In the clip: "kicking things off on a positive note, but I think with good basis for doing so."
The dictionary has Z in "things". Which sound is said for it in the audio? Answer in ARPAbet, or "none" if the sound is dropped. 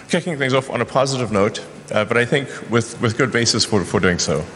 Z